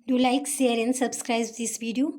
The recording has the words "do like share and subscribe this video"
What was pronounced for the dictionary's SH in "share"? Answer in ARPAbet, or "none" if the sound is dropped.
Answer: S